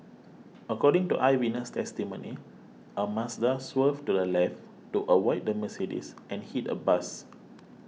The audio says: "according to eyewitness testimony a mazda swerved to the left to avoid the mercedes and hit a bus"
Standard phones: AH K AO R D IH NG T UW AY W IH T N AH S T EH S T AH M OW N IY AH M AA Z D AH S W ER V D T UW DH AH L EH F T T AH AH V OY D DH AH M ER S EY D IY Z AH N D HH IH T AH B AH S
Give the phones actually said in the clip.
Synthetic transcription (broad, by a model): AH K AO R D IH NG T UW AY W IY N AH S T EH S T AH M OW N IY AH M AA S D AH S W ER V T UW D AH L EH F T T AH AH W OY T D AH M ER S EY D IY S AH N HH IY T AH B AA S